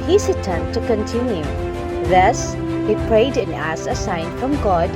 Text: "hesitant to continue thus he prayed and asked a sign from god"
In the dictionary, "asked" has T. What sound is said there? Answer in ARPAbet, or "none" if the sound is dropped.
none